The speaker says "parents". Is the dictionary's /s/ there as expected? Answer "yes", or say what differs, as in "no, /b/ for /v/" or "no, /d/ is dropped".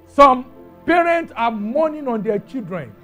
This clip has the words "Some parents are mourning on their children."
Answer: yes